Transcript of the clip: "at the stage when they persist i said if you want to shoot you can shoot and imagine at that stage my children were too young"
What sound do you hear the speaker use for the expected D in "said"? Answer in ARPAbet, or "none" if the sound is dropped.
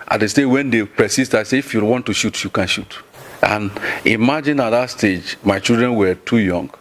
none